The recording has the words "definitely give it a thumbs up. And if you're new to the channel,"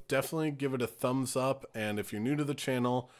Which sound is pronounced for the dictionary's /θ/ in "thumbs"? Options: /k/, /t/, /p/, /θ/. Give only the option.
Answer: /θ/